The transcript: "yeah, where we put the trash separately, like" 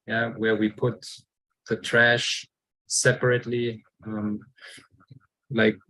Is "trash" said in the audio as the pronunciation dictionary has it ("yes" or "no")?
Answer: yes